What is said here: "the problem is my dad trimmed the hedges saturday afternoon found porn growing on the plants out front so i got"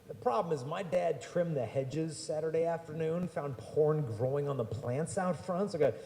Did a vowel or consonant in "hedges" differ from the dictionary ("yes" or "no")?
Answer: no